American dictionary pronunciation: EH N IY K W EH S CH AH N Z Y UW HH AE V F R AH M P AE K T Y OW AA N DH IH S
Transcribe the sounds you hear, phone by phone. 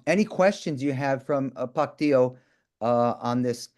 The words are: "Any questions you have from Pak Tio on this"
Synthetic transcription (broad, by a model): EH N IY K W EH S CH AH N Z Y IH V F R AH M P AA K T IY OW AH N DH IH S